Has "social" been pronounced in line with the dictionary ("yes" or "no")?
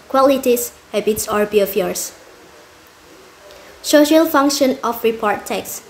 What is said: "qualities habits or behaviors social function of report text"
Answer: yes